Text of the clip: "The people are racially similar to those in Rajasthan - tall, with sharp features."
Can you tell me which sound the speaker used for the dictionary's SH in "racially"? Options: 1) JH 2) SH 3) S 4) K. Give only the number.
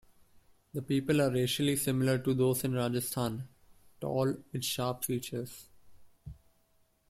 2